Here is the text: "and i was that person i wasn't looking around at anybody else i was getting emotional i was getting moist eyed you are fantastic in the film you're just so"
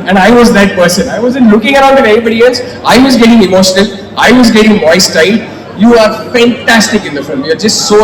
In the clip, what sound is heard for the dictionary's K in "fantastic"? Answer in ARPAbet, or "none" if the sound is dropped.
K